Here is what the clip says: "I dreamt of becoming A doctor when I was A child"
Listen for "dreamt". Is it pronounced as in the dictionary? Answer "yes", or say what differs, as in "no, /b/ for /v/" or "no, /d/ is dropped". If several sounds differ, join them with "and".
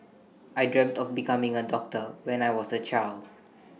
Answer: yes